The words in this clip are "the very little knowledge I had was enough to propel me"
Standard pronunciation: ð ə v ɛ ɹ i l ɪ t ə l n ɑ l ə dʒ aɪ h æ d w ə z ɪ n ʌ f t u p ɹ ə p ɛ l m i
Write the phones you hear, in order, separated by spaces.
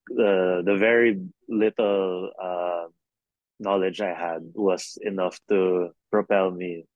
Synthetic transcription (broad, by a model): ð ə v ɛ ɹ i l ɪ t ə l n ɑ l ə dʒ aɪ h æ d w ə s ɪ n ʌ f t u p ɹ ə p ɛ l m i